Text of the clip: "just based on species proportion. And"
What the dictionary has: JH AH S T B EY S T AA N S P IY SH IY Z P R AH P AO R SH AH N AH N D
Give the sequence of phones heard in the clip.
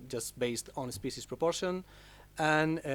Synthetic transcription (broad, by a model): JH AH S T B EY S T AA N S P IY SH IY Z P R AH P AO R SH AH N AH N